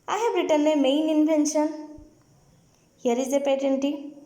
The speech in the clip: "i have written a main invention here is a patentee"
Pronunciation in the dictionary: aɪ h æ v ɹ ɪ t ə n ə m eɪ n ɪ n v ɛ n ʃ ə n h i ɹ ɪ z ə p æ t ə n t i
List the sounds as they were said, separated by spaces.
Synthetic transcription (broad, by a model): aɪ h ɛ b ɹ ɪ t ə n ə m eɪ n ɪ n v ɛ n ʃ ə n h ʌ ɹ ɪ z ə p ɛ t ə n t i